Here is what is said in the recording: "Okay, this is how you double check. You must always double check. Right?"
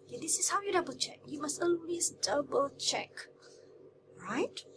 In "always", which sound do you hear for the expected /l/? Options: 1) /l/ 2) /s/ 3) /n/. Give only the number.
3